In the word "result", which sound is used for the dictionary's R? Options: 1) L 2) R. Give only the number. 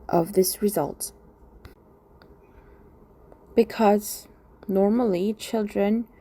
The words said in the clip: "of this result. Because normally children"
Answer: 2